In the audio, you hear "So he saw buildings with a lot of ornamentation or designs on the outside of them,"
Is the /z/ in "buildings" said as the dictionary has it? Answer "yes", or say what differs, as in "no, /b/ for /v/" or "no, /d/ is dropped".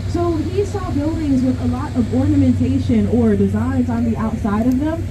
yes